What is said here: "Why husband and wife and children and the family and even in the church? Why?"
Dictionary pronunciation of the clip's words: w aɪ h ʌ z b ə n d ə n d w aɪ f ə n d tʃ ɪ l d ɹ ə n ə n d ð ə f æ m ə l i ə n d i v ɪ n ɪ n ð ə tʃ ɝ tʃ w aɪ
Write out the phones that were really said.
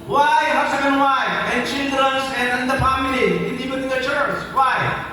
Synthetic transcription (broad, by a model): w aɪ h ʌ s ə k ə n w aɪ ə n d tʃ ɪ l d ɹ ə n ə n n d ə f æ m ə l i ə n d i p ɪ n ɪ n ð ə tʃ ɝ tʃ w aɪ